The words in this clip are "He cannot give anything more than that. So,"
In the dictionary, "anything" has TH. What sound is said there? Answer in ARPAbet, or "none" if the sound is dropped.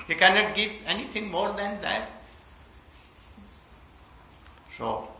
T